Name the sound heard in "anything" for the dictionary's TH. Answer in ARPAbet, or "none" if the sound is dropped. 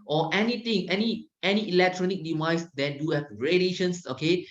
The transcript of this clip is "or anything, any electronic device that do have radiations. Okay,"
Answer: T